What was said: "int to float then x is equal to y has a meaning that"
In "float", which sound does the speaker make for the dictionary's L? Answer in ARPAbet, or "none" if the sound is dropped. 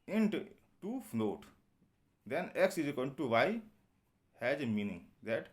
N